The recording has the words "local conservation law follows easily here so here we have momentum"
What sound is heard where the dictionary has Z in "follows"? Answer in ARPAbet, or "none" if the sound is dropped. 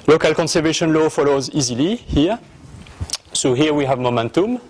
Z